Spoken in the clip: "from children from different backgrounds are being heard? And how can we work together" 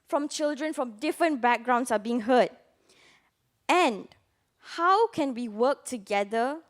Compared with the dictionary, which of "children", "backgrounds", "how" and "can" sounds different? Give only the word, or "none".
backgrounds